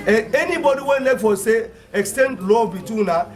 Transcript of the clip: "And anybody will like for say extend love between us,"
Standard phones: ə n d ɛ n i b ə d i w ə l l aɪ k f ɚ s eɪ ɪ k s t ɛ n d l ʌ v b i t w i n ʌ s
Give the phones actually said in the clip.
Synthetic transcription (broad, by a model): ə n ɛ n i b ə d i w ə n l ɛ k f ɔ s eɪ ɪ k s t ɛ n d l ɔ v b i t w i n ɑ